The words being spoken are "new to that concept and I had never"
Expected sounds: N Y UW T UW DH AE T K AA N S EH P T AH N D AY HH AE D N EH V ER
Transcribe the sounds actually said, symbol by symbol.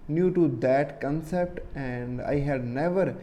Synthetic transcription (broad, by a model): N Y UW T UW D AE T K AA N S EH P T AH N D AY HH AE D N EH V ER